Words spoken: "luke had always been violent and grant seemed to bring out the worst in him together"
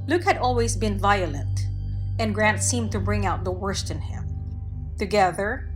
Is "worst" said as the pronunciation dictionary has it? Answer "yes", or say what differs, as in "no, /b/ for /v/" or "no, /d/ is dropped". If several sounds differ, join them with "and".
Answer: yes